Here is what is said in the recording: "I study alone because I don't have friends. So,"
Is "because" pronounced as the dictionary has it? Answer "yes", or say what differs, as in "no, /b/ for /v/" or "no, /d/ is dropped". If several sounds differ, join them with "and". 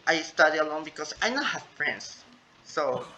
no, /s/ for /z/